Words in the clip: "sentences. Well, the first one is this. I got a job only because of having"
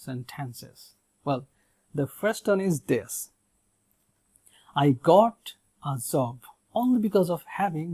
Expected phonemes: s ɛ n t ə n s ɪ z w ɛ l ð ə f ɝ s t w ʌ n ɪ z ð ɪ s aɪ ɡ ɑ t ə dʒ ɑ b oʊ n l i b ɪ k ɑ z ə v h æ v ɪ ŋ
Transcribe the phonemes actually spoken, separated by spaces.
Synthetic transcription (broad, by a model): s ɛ n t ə n s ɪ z w ɛ l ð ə f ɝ s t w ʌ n ɪ z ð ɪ s aɪ ɡ ɑ t ə z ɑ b oʊ n l i b ɪ k ɑ z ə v h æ v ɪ ŋ